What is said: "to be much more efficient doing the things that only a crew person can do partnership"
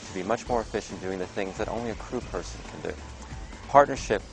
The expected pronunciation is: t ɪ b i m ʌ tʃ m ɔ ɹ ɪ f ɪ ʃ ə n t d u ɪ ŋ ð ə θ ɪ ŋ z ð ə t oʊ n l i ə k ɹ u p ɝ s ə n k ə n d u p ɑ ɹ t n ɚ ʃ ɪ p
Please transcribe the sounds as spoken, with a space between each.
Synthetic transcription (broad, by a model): t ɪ b i m ʌ tʃ m ɔ ɹ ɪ f ɪ ʃ n d u ɪ ŋ ð ə θ ɪ ŋ z ð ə t oʊ n l i ə k ɹ u p ɝ s ə n k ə n d u p ɑ ɹ t n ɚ ʃ ɪ p